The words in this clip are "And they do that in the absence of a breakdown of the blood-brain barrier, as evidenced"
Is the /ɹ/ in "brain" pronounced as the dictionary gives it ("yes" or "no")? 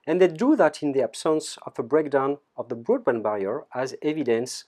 no